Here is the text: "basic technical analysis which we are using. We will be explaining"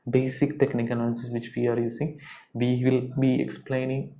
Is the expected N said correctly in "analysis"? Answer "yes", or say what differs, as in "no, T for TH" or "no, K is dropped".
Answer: no, N is dropped